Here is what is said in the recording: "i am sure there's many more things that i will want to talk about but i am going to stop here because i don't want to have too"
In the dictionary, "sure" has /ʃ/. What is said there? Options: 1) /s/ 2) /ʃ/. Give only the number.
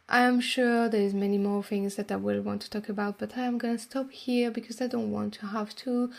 2